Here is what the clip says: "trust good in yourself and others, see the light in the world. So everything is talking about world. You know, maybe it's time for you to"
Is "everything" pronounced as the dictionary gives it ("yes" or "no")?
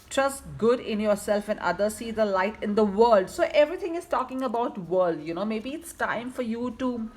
no